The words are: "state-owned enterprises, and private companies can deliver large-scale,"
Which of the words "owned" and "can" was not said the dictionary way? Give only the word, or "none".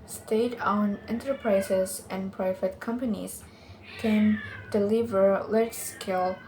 owned